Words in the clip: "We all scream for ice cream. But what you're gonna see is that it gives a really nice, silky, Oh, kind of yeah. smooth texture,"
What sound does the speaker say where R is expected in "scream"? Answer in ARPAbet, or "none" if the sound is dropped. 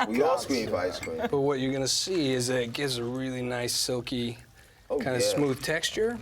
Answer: W